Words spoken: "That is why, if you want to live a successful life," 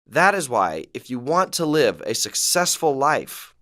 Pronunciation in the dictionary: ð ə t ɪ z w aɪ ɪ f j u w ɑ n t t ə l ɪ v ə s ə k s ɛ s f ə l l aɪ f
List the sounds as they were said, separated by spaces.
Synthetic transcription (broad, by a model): ð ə t ɪ z w aɪ ɪ f j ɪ w ɑ n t t ə l ɪ v ə s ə k s ɛ s f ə l l aɪ f